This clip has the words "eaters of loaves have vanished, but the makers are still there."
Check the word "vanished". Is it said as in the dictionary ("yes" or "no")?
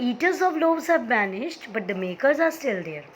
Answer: no